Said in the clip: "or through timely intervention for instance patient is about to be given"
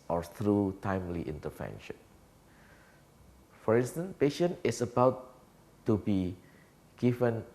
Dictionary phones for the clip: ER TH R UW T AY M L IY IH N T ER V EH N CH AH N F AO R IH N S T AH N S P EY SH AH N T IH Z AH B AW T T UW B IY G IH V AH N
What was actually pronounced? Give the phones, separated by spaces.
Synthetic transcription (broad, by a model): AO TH R UW T AY M L IY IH N T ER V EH N SH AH N F AO R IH N S T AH N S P EY SH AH N IH S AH B AW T T UW B IY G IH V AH N